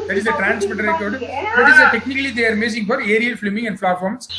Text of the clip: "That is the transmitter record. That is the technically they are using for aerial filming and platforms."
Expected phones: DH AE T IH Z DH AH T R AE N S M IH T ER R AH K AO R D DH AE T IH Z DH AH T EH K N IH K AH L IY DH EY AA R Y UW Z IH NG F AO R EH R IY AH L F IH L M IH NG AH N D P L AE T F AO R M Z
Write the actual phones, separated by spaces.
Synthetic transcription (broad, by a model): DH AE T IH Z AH T R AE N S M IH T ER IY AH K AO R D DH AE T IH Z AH T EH K N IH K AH L IY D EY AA R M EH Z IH NG F AO R EH R IY AH L F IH M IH NG AH N D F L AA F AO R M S